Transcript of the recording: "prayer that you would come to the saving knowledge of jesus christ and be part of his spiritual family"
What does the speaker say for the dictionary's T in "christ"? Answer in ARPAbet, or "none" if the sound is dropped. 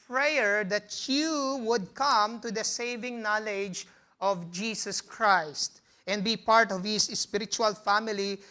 T